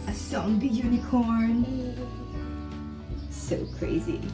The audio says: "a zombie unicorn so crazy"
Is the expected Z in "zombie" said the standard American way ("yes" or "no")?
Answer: no